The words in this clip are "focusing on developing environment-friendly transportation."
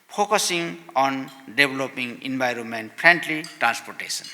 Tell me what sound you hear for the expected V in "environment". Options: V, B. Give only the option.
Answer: B